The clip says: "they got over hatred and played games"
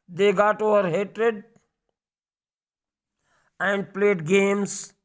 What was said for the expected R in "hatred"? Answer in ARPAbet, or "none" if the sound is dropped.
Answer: R